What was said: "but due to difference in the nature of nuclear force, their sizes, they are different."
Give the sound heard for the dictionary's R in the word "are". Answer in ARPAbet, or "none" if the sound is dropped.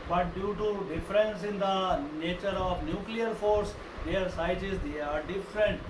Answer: R